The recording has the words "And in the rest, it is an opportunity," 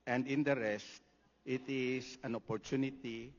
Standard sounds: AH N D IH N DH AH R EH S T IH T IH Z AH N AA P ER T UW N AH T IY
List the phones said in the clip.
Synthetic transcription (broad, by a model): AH N D IH N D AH R EH S T IH T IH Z AH N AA P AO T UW N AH T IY